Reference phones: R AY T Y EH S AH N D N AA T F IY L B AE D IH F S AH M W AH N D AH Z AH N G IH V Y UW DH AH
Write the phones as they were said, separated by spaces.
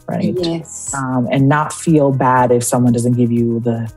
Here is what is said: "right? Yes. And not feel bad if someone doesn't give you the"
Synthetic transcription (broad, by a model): R AY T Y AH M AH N N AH T F IY L B AE D IH F S AH M W AH N D AH Z AH N G IH V Y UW DH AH